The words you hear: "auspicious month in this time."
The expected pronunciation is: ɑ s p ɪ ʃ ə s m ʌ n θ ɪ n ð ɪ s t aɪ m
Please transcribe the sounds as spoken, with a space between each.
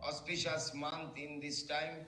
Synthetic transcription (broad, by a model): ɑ s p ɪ ʃ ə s m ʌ n t ɪ n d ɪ s t aɪ m